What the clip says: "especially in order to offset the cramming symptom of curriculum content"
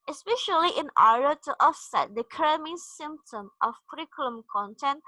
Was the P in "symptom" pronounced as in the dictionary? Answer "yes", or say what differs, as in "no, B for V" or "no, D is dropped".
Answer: yes